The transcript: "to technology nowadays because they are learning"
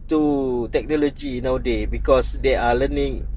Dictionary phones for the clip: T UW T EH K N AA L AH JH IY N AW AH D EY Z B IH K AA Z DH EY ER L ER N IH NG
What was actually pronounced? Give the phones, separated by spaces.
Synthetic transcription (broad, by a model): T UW T EH K N AA L AH JH IY N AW D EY B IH K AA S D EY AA L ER N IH NG